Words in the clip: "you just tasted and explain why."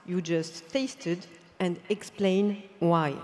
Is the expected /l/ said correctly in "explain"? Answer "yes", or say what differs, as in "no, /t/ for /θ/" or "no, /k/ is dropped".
yes